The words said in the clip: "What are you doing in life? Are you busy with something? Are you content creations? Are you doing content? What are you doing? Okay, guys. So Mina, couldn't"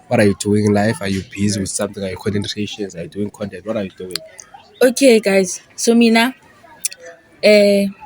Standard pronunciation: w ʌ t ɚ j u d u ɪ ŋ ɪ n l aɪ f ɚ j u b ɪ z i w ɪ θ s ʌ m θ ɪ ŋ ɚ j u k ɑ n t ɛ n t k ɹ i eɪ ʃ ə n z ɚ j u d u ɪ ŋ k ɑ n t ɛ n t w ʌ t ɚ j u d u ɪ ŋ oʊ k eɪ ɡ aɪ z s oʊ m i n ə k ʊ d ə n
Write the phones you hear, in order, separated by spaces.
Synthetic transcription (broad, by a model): w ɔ t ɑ j u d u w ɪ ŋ l aɪ f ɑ j u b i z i w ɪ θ s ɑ m t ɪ ŋ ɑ j u k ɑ n s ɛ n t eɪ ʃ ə n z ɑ j u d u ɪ ŋ k ɑ n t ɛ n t w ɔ t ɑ j u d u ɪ ŋ oʊ k eɪ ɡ aɪ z s oʊ m i n ə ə